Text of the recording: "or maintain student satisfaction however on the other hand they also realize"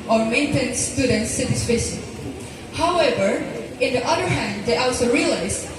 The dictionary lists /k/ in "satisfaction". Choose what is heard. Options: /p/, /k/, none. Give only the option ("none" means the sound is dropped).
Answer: none